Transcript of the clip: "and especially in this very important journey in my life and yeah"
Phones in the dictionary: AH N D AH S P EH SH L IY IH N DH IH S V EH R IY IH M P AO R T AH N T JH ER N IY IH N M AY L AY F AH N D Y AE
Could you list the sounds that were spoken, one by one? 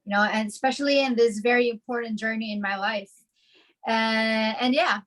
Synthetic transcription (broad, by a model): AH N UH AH S P EH SH L IY IH N DH IH S V EH R IY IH M P AO R T N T JH ER N IY IH N M AY L AY F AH N Y AE